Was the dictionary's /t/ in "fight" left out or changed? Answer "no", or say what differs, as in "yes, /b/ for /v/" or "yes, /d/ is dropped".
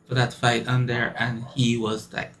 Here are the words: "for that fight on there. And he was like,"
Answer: no